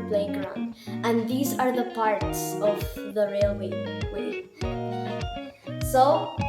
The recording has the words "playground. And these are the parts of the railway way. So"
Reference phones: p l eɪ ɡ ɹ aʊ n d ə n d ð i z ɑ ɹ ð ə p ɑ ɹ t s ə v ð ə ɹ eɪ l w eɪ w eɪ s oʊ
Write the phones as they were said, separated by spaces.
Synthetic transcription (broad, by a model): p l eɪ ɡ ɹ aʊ n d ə n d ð i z ɑ ɹ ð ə p ɑ ɹ t s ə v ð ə ɹ eɪ l w eɪ w eɪ s oʊ